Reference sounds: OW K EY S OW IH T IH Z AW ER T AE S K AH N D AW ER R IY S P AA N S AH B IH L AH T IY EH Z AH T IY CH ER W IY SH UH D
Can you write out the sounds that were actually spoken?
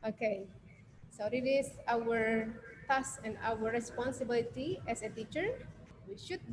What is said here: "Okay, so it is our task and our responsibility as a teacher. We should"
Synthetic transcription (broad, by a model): OW K EY S OW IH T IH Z AW ER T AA S AH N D AW ER R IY S P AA N S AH B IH L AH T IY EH S AH T IY CH ER W IY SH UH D